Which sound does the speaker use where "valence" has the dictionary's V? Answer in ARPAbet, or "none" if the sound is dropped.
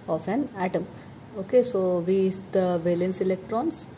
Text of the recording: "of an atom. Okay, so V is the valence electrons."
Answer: V